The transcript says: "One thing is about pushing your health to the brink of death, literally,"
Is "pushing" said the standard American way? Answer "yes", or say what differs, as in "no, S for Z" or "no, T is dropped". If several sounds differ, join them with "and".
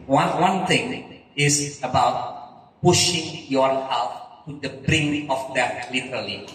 yes